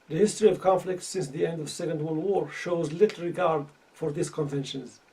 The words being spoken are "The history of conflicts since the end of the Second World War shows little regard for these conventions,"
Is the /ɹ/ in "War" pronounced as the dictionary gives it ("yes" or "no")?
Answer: yes